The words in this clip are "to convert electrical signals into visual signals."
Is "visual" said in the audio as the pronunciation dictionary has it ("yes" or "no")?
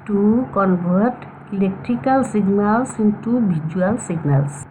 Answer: no